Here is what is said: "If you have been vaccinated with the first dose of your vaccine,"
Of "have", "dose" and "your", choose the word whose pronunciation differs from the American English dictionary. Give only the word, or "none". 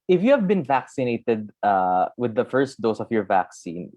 none